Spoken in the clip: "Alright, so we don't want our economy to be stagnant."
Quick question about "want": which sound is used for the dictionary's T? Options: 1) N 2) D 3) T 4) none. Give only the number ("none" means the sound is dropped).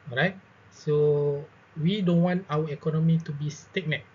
3